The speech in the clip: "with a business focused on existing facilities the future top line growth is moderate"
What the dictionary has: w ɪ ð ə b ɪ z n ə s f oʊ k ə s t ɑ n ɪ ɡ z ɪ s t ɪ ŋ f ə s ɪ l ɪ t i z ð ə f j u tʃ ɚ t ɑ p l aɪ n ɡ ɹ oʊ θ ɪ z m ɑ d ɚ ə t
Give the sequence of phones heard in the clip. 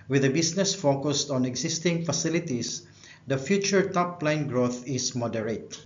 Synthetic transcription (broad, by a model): w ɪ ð ə b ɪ s n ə s f oʊ k ə s t ɑ n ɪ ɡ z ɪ s t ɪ ŋ f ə s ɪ l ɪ t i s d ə f j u tʃ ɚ t ɑ p l aɪ n ɡ ɹ oʊ θ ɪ s m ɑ d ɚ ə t